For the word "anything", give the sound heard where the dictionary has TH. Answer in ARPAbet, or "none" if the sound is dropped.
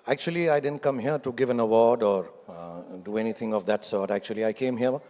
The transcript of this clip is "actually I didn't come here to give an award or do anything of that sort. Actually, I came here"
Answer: T